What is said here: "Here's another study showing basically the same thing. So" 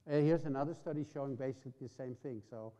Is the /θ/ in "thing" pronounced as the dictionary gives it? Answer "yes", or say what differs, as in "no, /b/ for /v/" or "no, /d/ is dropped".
yes